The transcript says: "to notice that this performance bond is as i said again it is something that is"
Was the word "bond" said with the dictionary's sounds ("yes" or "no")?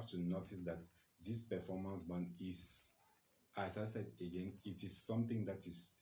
no